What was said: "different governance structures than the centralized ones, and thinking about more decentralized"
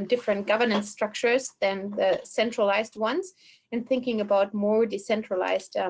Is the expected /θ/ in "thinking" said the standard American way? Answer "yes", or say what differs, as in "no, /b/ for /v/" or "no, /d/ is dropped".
yes